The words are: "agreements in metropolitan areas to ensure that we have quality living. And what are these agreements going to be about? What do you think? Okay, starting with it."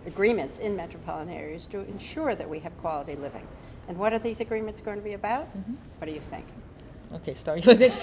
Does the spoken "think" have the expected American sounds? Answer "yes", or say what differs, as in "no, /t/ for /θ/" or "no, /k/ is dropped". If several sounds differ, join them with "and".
yes